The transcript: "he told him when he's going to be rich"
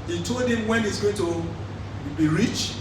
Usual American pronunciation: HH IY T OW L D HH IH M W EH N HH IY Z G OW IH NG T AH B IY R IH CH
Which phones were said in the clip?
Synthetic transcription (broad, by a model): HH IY T OW L D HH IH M W EH N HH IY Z G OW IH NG T AH B IY R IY CH